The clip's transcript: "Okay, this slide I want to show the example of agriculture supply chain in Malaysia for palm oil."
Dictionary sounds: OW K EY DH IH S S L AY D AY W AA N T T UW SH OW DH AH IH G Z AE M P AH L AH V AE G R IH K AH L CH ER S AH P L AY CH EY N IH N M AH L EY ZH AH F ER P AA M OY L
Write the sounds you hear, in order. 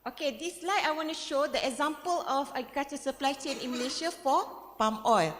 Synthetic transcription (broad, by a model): OW K EY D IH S S L AY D AY W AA N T T UW SH OW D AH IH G Z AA M P AH L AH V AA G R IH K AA CH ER S AH P L AY CH EY N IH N M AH L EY SH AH F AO P AA M OY L